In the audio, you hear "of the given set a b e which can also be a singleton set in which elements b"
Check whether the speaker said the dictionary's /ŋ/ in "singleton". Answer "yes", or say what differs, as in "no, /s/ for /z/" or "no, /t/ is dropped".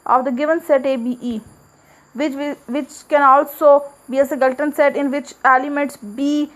no, /ŋ/ is dropped